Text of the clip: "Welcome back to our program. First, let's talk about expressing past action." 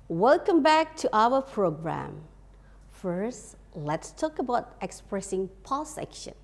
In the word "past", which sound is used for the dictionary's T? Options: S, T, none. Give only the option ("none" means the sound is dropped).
none